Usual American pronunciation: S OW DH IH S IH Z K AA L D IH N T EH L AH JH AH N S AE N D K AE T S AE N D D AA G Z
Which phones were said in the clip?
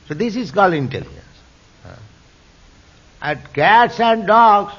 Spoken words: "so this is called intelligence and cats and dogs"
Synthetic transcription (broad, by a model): S OW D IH S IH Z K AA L IH N T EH L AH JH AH N S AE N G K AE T S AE N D D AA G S